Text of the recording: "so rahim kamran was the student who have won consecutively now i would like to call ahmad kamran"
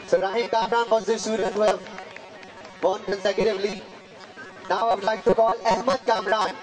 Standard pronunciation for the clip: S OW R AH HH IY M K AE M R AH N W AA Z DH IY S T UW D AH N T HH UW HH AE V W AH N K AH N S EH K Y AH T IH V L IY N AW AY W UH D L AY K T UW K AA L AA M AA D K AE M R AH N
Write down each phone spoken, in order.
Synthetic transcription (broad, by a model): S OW R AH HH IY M K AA M R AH N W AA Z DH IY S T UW D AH N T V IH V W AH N K AH N S EH K Y AH T IH V L IY N AW AY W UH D L AY K T UW K AA L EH M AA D K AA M R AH N